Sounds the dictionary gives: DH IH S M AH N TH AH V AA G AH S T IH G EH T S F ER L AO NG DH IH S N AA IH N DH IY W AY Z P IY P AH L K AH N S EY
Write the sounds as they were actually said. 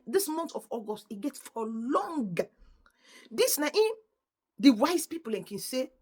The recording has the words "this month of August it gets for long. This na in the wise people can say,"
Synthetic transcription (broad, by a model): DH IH S M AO N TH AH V AA G AH S T IH G EH T S F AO L AO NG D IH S N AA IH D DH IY W AY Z P IY P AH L K AH N S EY